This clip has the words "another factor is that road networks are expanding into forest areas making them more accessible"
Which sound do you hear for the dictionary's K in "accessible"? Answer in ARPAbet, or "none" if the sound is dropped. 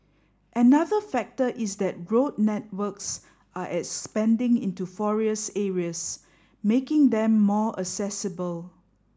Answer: none